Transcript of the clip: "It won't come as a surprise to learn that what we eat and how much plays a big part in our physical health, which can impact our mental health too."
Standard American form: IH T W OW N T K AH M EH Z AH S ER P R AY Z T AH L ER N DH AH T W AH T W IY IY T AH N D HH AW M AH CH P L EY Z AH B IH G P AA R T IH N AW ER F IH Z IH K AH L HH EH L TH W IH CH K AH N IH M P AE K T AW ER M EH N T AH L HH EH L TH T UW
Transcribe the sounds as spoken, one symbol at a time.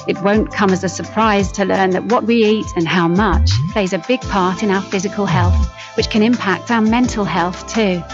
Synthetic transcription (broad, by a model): IH T W OW N K AH M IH Z AH S ER P R AY Z T AH L ER N DH AH T W AH T W IY IY T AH N HH AW M AH CH P L EY Z AH B IH G P AA R T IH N AW ER F IH Z IH K AH L HH EH L TH W IH CH K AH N IH M P AE K T AW ER M EH N T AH L HH EH L TH T UW